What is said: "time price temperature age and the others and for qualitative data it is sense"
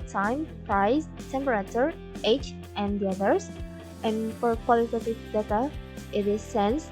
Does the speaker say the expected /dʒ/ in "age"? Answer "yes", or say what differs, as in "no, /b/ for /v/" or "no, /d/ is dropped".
no, /tʃ/ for /dʒ/